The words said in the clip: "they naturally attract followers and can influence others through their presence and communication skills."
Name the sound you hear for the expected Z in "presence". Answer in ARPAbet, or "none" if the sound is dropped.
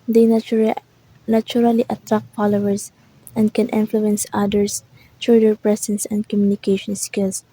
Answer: S